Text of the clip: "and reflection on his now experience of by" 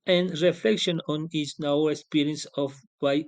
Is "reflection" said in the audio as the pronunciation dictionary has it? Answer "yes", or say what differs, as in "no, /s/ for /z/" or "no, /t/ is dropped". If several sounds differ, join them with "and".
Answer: yes